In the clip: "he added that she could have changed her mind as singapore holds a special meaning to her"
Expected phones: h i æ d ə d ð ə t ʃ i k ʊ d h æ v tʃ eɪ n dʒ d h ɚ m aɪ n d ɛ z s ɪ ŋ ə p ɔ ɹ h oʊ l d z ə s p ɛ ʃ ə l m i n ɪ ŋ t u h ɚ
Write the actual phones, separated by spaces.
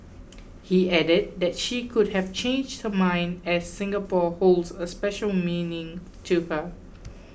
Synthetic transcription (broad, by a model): h i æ d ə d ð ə t ʃ i k ʊ d h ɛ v tʃ eɪ n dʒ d h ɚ m aɪ n d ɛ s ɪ ŋ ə p ɔ h oʊ l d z ə s p ɛ ʃ ə l m i n ɪ ŋ t u h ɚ